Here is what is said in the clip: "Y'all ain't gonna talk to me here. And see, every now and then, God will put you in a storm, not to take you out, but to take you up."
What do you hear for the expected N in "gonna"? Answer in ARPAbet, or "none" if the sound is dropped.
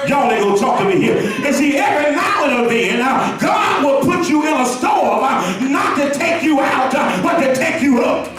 none